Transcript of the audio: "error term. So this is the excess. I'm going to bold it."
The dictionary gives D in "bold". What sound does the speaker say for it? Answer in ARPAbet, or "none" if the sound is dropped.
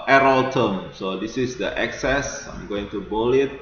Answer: none